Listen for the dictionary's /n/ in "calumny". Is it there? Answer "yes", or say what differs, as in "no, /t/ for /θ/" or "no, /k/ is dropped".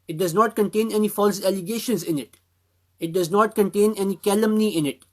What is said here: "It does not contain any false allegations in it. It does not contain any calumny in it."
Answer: yes